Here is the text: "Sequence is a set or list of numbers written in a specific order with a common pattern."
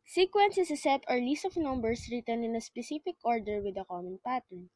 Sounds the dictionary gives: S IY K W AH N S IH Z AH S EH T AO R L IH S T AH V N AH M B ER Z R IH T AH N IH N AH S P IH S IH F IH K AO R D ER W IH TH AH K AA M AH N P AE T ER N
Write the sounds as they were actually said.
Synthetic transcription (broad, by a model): S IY K W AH N S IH S AH S EH T AO R L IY S T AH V N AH M B ER S R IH T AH N IH N AH S P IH S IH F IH K AO R D ER W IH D AH K AA M AH N P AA T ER N